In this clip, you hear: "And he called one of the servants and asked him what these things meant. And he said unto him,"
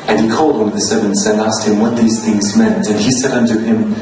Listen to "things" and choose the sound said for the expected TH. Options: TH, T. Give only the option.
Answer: TH